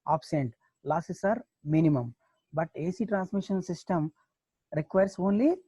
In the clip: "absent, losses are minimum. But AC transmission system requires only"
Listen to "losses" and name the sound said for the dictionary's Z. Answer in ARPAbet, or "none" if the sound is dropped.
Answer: S